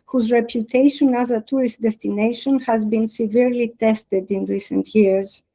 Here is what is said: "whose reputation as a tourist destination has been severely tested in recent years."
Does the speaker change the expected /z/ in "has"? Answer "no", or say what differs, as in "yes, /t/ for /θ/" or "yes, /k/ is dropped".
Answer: no